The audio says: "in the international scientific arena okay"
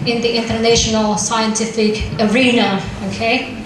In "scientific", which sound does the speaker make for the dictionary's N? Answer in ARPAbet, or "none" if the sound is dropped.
N